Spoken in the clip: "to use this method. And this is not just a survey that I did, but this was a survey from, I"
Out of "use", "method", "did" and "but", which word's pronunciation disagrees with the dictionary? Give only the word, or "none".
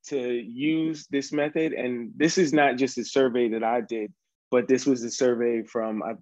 none